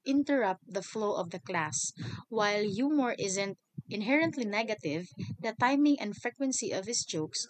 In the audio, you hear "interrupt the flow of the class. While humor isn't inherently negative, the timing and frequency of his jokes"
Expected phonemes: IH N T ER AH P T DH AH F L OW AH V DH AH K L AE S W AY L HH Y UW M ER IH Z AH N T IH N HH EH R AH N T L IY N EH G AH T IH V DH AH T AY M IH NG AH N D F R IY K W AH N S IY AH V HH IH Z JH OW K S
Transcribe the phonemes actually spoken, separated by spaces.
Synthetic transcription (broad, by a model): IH N T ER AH P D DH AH F L OW AH V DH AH K L AE S W AY L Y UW M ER IH Z AH N T IH N HH EH R AH N T L IY N EH G AH T IH V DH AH T AY M IH NG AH N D F R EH K W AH N S IY AH V HH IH S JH OW K S